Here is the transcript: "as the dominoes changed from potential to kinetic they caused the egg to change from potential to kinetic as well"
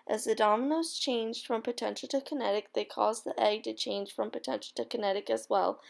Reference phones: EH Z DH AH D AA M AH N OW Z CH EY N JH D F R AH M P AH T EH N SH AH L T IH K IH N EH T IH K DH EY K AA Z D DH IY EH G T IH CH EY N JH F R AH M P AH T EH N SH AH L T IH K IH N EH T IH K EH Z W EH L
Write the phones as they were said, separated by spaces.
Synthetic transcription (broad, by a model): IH Z DH AH D AA M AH N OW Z CH EY N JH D F R AH M P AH T EH N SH L T IH K IH N EH T IH K DH EY K AA Z DH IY EH G T IH CH EY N ZH F R AH M P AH T EH N SH L T IH K IH N EH T IH K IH Z W EH L